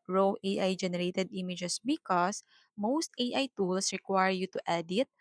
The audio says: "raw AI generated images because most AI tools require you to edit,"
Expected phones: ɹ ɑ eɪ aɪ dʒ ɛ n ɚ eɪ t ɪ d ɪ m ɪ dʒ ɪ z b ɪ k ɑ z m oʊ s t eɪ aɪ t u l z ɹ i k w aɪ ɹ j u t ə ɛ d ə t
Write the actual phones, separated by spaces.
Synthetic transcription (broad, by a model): ɹ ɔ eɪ aɪ dʒ ɛ n ɚ eɪ t ɪ d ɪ m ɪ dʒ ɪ s b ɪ k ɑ s m oʊ s t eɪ aɪ t u l s ɹ i k w aɪ ɹ j u t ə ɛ d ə t